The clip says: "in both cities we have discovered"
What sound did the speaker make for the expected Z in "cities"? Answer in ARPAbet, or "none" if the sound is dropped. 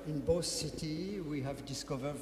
none